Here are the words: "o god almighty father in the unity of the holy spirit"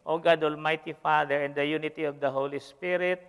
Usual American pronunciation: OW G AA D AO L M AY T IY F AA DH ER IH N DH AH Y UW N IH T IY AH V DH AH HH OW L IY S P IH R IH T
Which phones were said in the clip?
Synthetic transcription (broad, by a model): OW G AA D AO L M AY T IY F AA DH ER IH N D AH Y UW N IH T IY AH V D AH HH OW L IY S P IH R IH T